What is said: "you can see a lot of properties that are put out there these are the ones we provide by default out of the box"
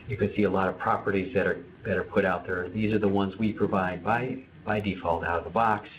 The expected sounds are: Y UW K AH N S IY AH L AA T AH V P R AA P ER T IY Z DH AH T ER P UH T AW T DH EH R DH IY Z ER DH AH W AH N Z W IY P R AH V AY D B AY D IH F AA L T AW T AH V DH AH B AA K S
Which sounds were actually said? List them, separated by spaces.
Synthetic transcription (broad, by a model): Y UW K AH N S IY AH L AA T AH V P R AA P ER T IY Z DH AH T ER P UH T AW T DH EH R DH IY Z ER DH AH W AH N Z W IY P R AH V AY D B AY D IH F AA L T AW T AH V DH AH B AA K S